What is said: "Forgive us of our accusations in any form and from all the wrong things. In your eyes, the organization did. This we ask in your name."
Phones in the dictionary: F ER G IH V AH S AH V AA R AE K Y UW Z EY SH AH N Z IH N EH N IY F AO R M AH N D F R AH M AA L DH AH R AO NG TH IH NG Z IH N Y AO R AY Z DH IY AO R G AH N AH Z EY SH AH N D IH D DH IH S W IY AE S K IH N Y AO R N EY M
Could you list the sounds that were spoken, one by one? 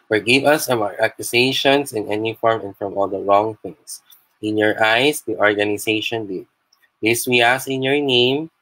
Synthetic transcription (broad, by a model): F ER G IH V AH S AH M AA R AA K Y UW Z EY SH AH N S IH N EH N IY F AO R M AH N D F R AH M AA L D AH R AO NG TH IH NG S IH N Y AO R AY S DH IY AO R G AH N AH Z EY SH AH N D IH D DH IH S W IY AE S IH N Y AO R N EY M